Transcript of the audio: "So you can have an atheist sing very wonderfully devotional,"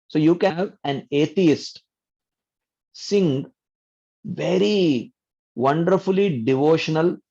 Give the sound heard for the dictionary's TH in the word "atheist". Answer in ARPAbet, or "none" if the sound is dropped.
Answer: T